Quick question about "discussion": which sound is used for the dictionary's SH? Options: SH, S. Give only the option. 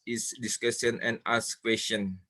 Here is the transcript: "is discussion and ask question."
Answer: S